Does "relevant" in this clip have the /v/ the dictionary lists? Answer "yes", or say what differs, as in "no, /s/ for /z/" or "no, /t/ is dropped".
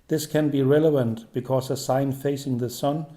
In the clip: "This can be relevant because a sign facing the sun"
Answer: yes